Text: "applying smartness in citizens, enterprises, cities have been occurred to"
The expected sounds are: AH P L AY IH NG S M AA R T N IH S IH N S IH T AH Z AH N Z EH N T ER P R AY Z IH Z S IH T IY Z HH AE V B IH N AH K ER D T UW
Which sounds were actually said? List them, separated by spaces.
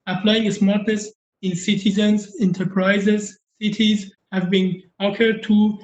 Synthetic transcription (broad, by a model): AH P L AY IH NG S M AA R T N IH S IH N S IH T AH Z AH N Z EH N T ER P R AY Z IH Z S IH T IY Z HH AE V B IH N AH K ER D T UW